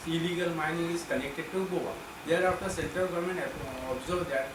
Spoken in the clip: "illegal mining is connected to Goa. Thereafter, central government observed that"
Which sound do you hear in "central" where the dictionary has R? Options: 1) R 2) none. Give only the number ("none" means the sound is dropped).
2